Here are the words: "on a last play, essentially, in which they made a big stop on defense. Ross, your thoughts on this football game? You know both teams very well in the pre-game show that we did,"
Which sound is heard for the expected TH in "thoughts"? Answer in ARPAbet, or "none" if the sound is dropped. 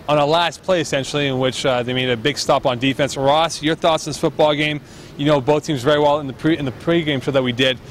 TH